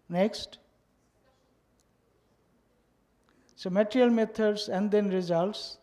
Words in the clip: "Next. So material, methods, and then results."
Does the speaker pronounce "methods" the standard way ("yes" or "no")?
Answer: no